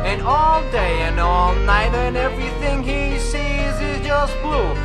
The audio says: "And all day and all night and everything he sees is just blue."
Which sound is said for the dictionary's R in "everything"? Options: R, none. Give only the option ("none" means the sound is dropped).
R